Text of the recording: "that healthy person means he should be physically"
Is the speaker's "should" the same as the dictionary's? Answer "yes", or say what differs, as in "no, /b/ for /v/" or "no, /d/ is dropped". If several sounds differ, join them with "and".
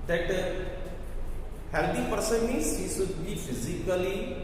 no, /s/ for /ʃ/